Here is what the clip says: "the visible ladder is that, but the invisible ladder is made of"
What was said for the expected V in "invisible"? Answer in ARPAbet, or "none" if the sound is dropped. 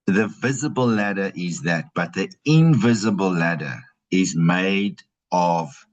V